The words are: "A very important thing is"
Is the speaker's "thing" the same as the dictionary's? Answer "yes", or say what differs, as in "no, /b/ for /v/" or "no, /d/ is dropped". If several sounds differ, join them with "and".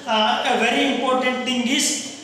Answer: no, /t/ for /θ/